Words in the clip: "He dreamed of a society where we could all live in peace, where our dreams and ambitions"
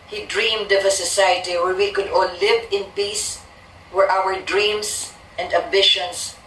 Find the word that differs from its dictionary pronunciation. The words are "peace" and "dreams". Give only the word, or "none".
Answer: dreams